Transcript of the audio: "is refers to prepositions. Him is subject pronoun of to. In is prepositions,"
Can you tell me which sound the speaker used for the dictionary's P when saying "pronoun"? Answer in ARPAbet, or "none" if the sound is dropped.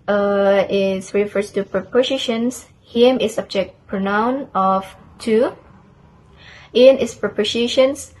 P